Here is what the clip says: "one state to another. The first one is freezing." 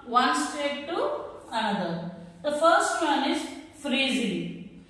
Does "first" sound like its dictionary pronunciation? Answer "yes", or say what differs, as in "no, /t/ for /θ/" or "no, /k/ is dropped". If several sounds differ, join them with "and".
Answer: yes